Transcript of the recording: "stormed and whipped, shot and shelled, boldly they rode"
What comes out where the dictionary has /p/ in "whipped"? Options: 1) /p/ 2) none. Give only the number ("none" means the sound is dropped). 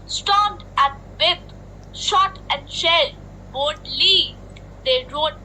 2